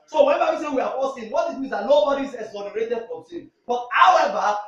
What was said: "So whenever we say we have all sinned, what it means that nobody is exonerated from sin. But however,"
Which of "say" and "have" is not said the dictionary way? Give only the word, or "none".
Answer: have